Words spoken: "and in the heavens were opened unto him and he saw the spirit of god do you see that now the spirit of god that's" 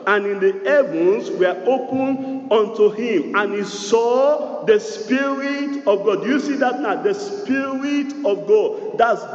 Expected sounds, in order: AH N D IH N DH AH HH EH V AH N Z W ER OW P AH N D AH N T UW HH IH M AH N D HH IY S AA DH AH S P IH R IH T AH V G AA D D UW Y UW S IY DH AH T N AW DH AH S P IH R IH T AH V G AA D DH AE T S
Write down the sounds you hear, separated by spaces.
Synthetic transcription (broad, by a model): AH N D IH N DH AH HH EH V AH N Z W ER OW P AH N AO N T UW HH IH M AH N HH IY S AA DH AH S P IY R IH T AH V G AA D D UW Y UW S IY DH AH T N AW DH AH S P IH R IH T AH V G AA D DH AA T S